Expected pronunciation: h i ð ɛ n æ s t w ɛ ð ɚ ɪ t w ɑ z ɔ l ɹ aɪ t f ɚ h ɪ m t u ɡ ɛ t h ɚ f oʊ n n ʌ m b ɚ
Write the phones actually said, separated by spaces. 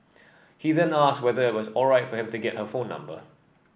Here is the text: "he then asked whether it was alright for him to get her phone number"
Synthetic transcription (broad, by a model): h i ð ɛ n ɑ s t w ɛ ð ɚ ɪ t w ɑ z ɔ l ɹ aɪ t f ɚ h ɪ m t u ɡ ɛ t h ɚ f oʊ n n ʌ m b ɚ